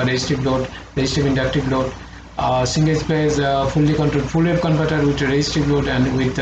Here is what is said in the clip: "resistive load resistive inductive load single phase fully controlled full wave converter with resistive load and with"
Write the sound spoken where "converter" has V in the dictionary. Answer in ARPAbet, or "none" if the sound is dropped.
P